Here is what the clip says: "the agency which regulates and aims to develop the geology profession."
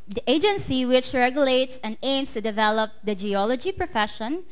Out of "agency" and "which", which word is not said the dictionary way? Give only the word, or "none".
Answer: none